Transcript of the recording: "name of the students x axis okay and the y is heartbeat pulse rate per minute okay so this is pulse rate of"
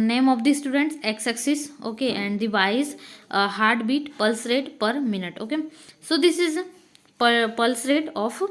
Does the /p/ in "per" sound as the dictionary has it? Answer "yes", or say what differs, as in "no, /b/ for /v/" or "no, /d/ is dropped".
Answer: yes